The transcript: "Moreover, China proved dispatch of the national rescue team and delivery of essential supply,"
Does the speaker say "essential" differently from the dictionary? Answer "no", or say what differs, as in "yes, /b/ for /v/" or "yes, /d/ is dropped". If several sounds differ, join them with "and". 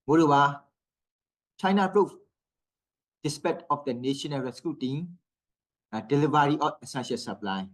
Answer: yes, /n/ is dropped